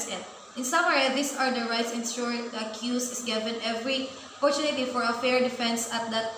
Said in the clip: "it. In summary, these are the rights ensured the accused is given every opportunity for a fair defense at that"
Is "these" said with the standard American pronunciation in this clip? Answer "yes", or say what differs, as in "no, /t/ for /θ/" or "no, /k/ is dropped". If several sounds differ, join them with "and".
no, /s/ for /z/